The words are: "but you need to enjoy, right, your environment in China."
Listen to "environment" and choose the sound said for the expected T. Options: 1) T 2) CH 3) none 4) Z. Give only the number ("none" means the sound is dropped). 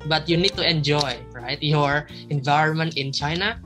1